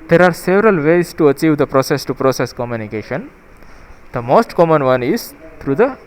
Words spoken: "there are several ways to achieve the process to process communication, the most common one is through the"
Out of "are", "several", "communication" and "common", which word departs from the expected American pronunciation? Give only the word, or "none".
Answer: none